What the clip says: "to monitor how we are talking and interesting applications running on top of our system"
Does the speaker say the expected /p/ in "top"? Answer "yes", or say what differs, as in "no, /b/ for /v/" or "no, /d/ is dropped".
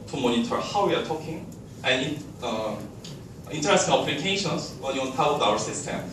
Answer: no, /p/ is dropped